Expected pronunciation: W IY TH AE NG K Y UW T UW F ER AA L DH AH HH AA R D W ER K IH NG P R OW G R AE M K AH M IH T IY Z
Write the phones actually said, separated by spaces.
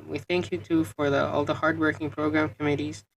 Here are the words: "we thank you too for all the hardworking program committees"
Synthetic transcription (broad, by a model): W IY TH AE NG K Y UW T UW F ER AA L DH AH HH AA R D W ER K IH NG P R OW G R AE M K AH M IH T IY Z